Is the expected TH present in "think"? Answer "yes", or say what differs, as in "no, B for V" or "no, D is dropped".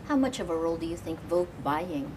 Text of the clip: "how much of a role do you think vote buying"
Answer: yes